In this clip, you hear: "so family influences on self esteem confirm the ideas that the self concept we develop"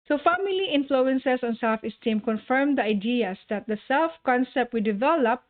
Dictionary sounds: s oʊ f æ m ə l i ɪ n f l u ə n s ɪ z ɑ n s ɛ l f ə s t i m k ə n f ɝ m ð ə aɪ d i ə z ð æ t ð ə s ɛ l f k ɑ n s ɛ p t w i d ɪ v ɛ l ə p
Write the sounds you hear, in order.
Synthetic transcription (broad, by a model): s oʊ f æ m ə l i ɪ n f l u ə n s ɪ s ɑ n s ɛ l f ə s t i m k ə n f ɝ m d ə aɪ d i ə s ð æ t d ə s ɛ l f k ɑ n s ɛ p t w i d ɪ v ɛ l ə p